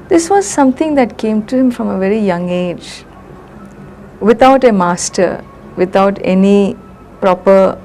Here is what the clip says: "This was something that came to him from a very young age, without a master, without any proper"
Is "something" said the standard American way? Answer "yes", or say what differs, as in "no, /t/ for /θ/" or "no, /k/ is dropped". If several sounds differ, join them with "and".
no, /t/ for /θ/